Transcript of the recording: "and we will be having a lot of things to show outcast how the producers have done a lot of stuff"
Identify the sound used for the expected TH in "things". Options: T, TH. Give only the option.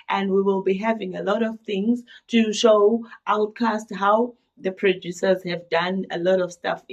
TH